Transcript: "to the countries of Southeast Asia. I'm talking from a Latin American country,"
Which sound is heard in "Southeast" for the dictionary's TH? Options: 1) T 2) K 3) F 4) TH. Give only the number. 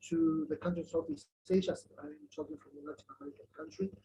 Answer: 3